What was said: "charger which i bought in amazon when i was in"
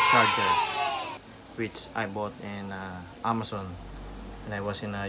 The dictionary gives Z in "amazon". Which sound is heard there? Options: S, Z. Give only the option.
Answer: S